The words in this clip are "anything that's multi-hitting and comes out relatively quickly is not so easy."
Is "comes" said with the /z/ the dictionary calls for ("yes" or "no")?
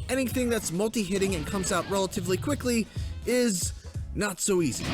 yes